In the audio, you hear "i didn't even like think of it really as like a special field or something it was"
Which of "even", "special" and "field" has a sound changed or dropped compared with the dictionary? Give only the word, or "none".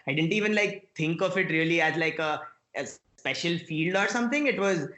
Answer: none